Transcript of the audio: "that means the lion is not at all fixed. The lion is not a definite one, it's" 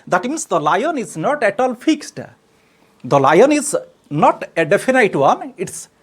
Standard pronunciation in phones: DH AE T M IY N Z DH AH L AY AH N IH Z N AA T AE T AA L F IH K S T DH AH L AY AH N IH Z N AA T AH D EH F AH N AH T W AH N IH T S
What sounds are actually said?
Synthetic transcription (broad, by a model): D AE T M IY N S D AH L AY AH N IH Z N AA T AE T AA L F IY K S T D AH L AY AH N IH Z N AA T AH D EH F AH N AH T W AH N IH T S